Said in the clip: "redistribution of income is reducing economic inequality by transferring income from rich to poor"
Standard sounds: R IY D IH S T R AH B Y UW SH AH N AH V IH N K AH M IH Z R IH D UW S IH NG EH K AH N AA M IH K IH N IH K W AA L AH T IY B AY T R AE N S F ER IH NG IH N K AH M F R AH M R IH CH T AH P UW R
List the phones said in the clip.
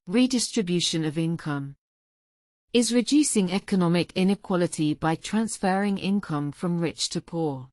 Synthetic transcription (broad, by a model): R IY D IH S T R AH B Y UW SH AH N AH V IH N K AH M IH Z R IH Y UW S IH NG EH K AH N AA M IH K IH N IH K W AA L AH T IY B AY T R AE N S F ER IH NG IH N K AH M F R AH M R IH CH T AH P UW